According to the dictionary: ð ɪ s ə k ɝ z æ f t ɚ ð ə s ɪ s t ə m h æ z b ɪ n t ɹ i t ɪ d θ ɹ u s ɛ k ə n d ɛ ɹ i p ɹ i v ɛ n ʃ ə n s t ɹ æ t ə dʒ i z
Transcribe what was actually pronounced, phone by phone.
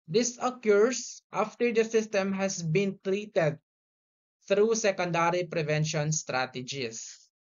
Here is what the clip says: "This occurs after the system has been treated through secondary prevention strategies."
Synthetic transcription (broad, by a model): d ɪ s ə k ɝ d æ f t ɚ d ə s ɪ s t ə m h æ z b ɪ n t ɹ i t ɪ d t ɹ u s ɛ k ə n d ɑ ɹ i p ɹ i v ɛ n ʃ ə n s t ɹ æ t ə dʒ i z